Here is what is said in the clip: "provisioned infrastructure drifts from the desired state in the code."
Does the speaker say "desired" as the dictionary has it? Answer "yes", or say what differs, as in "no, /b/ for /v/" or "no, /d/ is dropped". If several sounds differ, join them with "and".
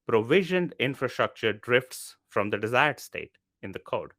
yes